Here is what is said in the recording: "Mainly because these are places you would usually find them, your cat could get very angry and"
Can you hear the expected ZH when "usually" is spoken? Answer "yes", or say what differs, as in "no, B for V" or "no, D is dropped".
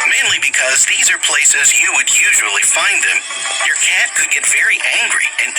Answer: yes